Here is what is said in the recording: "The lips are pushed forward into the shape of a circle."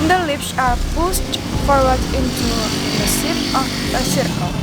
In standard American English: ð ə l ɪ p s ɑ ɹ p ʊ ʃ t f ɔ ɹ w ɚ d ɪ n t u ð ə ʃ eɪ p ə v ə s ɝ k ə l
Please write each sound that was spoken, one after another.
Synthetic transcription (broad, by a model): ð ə l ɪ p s ɑ ɹ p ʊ s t f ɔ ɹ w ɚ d ɪ n t u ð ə s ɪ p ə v ə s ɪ k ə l